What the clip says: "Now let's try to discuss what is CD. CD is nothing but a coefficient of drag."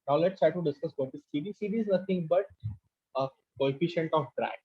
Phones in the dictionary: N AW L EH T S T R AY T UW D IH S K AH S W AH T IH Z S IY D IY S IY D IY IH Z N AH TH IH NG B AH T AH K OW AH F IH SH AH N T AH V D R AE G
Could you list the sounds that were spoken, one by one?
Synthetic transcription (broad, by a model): N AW L EH T S T R AY T UW D IH S K AH S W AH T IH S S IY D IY S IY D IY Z N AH T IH NG B AH T AH K OW AH F IH SH AH N T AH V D R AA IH